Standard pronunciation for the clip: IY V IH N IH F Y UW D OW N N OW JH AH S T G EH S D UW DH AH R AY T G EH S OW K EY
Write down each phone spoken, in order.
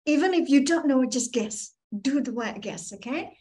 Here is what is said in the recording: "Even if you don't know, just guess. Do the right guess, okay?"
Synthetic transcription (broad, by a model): IY V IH N IH F Y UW D OW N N OW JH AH S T G EH S D UW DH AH W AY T G EH S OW K EY